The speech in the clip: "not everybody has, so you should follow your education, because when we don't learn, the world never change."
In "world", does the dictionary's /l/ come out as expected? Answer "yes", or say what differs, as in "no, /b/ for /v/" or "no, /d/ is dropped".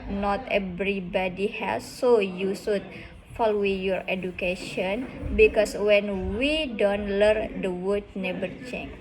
no, /l/ is dropped